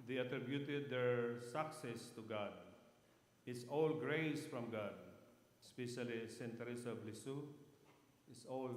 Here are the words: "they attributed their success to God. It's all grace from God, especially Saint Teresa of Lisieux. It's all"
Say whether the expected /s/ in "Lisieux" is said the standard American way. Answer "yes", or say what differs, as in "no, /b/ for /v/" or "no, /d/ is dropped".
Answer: yes